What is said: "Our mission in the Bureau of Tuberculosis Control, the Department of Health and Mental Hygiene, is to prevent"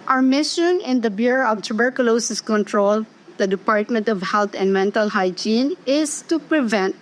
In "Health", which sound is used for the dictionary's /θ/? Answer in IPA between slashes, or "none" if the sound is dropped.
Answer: /t/